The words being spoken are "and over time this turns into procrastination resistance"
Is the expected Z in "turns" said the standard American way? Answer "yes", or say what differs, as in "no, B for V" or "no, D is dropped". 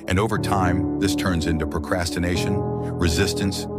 yes